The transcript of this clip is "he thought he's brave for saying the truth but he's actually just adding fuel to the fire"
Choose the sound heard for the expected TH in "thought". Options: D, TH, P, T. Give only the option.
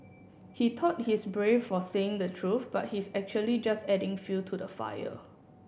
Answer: T